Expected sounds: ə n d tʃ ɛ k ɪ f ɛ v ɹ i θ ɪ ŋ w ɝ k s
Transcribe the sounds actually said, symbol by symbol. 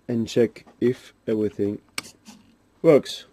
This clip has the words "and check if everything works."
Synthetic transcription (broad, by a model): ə n tʃ ɛ k ɪ f ɛ v ɹ i θ ɪ ŋ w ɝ k s